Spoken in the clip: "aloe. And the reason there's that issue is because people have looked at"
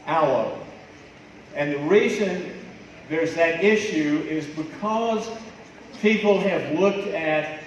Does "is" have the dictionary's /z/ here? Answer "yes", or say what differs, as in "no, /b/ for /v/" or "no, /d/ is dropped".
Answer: yes